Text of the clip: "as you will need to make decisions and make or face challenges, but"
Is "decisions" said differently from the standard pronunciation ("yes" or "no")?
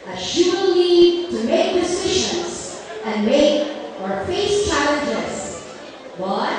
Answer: yes